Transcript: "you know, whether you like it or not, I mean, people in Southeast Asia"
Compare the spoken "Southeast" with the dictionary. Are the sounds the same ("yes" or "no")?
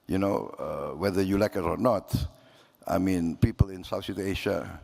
no